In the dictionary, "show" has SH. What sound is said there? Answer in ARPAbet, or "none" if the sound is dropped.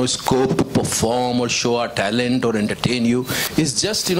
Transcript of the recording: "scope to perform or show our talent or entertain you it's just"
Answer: SH